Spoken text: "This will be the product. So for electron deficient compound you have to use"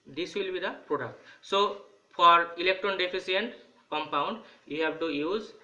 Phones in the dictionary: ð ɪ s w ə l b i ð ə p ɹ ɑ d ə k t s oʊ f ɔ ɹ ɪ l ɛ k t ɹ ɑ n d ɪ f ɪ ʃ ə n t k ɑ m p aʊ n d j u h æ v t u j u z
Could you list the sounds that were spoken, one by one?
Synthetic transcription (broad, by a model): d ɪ s w ə l b i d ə p ɹ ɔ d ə k t s oʊ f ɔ ɹ ɪ l ɛ k t ɹ ɑ n d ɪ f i s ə n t k ɑ m p aʊ n d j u h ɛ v t u j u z